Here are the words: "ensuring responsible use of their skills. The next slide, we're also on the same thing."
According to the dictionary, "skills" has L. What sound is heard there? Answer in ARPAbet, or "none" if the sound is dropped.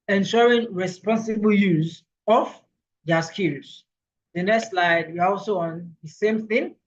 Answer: none